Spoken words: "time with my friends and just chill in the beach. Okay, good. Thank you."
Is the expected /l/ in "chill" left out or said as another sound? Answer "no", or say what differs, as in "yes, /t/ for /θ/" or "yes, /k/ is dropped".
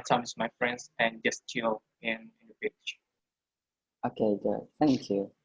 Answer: yes, /n/ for /l/